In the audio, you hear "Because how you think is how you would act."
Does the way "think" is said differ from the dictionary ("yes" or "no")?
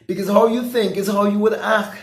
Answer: no